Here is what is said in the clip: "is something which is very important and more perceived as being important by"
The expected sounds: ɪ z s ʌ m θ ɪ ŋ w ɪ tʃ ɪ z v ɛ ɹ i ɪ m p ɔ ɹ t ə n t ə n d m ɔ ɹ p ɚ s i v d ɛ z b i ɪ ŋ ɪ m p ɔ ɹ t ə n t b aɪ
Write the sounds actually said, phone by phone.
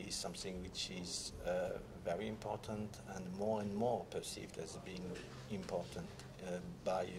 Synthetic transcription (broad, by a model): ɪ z s ʌ m θ ɪ ŋ w ɪ tʃ ɪ z v ɛ ɹ i ɪ m p ɔ ɹ t ə n t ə n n m ɔ ɹ p ɚ s i v d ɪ z b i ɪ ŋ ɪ m p ɔ ɹ t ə n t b aɪ